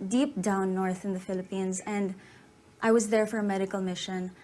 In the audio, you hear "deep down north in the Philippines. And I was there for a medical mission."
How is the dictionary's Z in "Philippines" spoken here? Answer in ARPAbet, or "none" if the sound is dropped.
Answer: Z